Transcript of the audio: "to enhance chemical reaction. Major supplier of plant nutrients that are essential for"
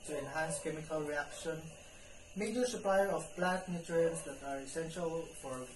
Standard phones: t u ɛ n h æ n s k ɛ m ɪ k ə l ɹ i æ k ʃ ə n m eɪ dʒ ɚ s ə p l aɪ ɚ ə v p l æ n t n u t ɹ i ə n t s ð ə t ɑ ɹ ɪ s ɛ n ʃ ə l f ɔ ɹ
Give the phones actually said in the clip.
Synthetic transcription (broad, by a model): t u ɛ n h æ n s k ɛ m ɪ k ə l ɹ i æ k ʃ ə n m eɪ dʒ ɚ s ə p l aɪ ɚ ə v b l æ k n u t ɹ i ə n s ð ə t ɑ ɹ ɪ s ɛ n ʃ ə l f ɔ ɹ